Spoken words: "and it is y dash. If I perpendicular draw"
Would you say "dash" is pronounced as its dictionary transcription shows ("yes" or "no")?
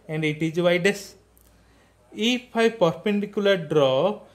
no